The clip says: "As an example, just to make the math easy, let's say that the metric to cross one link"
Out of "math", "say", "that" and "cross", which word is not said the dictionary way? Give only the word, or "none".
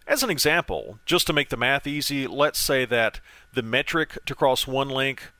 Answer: none